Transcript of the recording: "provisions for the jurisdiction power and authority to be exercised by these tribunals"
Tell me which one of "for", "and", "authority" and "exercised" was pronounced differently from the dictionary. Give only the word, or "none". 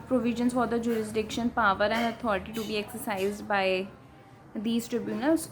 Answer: authority